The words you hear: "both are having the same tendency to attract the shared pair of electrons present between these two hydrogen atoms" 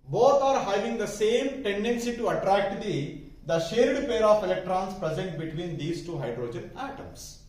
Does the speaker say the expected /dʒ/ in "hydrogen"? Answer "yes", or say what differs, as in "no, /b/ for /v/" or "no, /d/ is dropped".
yes